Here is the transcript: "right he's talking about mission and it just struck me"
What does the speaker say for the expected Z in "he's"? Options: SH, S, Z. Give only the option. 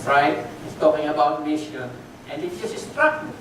S